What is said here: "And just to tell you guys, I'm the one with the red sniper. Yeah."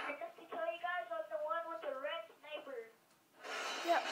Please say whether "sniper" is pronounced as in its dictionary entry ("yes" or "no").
no